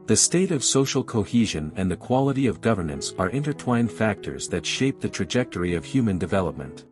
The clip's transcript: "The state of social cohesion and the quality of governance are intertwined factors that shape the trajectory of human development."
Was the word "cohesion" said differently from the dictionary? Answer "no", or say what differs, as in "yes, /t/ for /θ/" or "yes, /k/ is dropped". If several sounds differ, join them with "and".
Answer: no